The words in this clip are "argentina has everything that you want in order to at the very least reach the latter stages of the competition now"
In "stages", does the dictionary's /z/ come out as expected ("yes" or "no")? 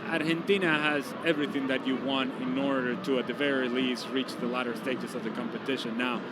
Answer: no